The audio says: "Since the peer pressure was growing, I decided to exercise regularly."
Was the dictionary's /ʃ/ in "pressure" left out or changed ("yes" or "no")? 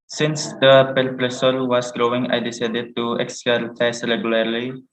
yes